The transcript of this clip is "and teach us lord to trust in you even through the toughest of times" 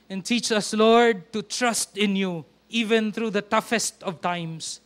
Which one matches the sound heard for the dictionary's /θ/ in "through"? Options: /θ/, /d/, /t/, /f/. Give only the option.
/t/